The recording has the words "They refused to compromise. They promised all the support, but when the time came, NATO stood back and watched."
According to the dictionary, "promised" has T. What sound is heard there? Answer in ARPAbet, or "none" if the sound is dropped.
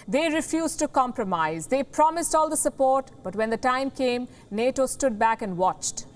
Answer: T